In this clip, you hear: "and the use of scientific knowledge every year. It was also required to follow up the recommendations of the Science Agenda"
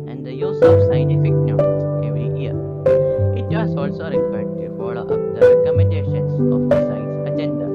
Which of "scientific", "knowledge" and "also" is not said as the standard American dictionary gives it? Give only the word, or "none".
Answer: knowledge